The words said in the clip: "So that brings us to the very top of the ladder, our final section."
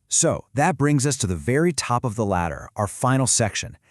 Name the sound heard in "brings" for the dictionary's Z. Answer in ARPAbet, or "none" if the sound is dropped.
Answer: Z